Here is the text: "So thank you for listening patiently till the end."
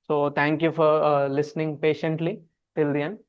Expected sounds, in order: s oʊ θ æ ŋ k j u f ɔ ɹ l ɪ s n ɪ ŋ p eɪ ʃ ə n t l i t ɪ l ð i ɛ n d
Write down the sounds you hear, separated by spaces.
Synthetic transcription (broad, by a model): s oʊ t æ ŋ k j u f ɔ ɹ l ɪ s n ɪ ŋ p eɪ ʃ ə n t l i t ɪ l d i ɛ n